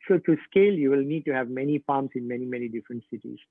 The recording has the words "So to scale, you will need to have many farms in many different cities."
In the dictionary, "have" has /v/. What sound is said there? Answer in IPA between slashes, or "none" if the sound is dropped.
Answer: /v/